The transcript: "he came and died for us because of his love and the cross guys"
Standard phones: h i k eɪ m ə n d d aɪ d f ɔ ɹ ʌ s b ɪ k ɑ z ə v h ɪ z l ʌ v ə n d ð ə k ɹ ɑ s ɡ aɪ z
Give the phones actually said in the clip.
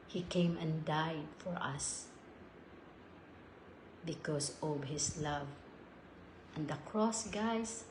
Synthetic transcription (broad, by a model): h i k eɪ m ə n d d aɪ d f ɔ ɹ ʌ s b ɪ k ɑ s ə v h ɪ s l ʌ v ə n d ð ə k ɹ ɑ s ɡ aɪ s